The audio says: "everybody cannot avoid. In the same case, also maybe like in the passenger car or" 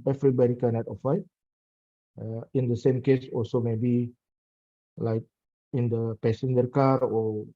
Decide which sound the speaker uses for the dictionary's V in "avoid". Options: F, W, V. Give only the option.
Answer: F